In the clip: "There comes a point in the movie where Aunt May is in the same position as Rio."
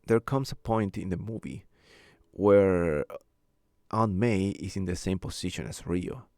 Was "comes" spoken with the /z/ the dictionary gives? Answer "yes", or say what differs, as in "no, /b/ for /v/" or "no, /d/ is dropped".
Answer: no, /s/ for /z/